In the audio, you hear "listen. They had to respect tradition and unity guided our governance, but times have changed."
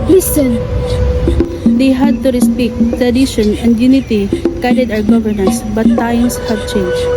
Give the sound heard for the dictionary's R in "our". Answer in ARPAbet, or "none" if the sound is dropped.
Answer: W